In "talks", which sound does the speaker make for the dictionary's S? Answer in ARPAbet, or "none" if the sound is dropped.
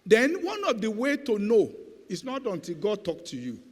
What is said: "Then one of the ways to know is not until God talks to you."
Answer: none